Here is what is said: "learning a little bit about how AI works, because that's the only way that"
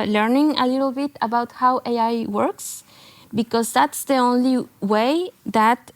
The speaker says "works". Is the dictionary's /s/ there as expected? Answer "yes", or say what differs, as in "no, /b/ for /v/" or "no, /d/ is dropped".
yes